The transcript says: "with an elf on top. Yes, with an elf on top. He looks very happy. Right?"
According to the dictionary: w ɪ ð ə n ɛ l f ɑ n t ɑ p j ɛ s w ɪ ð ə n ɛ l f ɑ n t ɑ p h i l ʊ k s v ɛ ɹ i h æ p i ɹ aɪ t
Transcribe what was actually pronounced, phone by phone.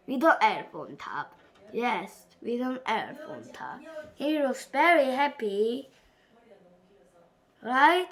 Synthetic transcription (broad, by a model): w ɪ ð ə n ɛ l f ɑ n t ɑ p j ɛ s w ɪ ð ə n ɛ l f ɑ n t ɑ p h i w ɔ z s v ɛ ɹ i h æ p i ɹ aɪ t